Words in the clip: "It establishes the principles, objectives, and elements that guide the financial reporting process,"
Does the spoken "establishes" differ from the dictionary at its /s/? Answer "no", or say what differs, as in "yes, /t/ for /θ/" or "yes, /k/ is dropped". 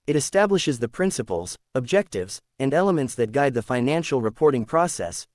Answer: no